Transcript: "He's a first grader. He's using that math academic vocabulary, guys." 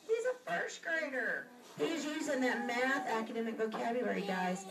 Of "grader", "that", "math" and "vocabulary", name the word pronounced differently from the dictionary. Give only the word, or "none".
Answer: vocabulary